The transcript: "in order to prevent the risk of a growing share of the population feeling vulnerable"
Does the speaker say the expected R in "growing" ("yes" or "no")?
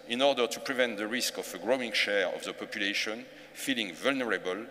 yes